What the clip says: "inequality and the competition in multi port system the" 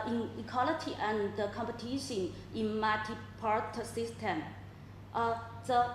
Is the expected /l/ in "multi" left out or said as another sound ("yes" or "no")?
yes